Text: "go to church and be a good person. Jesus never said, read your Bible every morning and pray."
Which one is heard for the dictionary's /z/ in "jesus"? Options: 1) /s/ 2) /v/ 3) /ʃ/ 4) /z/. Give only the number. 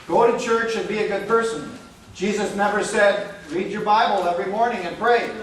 4